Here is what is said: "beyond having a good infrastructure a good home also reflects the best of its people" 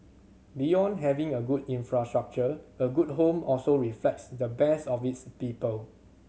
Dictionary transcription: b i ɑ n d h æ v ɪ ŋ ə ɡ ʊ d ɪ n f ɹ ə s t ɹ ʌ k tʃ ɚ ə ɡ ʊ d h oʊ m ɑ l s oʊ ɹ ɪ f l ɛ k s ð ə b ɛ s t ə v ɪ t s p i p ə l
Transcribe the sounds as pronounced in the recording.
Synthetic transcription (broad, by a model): b i ɑ n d h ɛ v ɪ ŋ ə ɡ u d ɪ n f ɹ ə s t ɹ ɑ k tʃ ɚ ə ɡ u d h oʊ m ɑ l s oʊ ɹ ɪ f l ɛ k s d ə b ɛ s t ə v ɪ t s p i p ə l